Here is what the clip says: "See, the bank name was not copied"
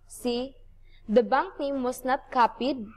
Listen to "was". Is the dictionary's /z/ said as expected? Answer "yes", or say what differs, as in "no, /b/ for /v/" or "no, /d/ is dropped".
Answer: no, /s/ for /z/